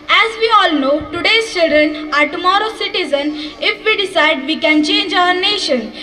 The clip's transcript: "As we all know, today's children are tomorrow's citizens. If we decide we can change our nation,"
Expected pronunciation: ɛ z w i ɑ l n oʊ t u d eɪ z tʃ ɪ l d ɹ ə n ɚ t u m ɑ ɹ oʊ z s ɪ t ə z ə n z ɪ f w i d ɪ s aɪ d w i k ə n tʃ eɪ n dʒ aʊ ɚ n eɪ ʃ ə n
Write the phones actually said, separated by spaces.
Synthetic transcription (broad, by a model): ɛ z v i ɑ l n oʊ t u d eɪ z tʃ ɪ l d ɹ ə n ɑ t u m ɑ ɹ oʊ s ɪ t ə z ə n ɪ f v i d ɪ s aɪ d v i k ə n tʃ eɪ n dʒ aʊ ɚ n eɪ ʃ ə n